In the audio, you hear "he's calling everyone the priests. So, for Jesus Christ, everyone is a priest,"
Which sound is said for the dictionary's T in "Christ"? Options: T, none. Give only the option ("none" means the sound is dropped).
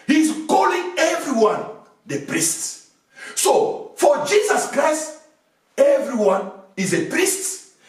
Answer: T